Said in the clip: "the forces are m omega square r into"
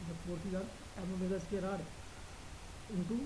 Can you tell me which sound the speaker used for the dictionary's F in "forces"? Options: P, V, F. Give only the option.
P